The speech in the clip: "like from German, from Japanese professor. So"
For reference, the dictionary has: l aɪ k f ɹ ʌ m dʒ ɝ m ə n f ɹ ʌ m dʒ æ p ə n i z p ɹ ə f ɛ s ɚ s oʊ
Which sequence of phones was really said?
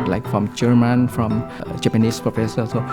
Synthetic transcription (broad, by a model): l aɪ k f ɹ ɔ m dʒ ɝ m ə n f ɹ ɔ m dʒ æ p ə n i s p ɹ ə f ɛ s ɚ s oʊ